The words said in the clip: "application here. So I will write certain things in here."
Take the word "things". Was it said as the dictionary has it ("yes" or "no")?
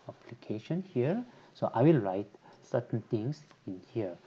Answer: no